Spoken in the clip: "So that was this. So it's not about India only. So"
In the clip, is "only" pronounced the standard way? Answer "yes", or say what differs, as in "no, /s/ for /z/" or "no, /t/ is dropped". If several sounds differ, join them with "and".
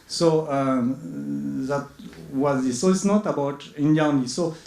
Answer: no, /l/ is dropped